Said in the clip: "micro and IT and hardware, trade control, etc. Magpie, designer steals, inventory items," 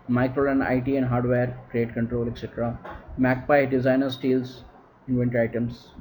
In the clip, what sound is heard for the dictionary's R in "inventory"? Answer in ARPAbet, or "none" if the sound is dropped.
none